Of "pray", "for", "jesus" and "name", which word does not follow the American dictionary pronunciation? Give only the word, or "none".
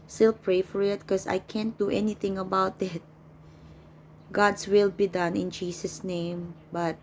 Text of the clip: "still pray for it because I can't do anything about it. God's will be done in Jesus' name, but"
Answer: jesus